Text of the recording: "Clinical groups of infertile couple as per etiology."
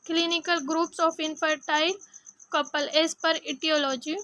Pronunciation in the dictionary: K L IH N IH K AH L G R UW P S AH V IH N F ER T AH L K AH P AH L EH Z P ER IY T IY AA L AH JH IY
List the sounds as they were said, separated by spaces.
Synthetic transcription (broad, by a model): K L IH N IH K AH L G R UW P S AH F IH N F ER T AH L K AH P AH L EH S P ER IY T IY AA L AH JH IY